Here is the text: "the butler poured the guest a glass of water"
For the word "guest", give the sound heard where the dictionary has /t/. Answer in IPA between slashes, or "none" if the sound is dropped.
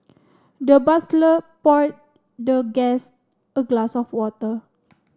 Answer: none